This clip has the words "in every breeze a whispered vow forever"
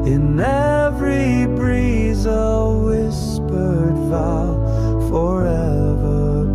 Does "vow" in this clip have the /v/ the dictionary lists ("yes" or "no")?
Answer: no